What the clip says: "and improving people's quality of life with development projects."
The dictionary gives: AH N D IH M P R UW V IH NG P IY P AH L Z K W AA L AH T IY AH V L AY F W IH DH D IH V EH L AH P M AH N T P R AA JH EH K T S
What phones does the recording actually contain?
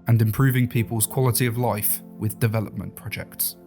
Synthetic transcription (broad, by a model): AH N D IH M P R UW V IH NG P IY P AH L Z K W AA L AH T IY AH V L AY F W IH DH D IH V EH L AH P M AH N P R AA JH EH K T S